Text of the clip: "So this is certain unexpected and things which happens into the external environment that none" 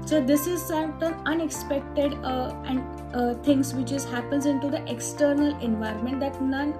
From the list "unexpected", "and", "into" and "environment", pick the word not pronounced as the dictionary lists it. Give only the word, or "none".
none